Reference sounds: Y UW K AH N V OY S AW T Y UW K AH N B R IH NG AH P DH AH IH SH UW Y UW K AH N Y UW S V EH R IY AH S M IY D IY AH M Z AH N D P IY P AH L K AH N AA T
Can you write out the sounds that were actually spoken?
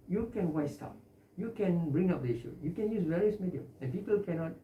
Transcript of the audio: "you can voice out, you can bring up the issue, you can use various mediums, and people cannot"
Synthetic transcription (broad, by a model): Y UW K AH N W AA S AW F Y UW K AH N B R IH NG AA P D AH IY SH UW Y UW K AH N Y UW S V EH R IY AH S M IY D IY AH M AH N P IY P AH L K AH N AA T